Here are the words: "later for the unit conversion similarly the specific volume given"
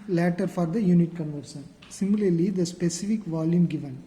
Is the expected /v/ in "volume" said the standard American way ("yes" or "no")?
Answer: yes